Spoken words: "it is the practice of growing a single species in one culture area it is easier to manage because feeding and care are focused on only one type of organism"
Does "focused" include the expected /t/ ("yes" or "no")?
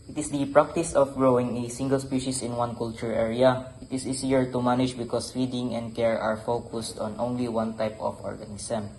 yes